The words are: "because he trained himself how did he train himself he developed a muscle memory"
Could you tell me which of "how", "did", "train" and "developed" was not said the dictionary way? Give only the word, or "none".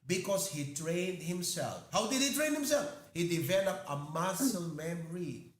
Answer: developed